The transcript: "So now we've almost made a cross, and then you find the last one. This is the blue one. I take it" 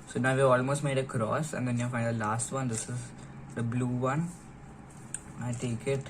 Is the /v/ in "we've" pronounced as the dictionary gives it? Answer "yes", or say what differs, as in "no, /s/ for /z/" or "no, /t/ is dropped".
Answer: no, /v/ is dropped